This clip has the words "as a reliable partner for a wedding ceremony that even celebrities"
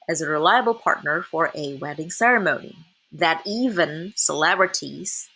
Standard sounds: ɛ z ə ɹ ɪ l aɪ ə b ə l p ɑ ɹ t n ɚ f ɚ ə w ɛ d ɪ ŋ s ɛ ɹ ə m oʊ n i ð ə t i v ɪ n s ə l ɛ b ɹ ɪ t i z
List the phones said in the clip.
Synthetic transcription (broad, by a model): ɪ z ə ɹ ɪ l aɪ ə b l p ɑ ɹ t n ɚ f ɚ ə w ɛ d ɪ ŋ s ɛ ɹ ə m oʊ n i ð ə t i v ɪ n s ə l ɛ b ɹ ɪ t i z